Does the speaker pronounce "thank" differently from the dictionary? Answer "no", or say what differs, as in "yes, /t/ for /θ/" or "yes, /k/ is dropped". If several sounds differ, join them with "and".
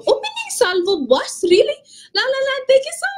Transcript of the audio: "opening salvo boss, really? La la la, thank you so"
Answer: yes, /ŋ/ is dropped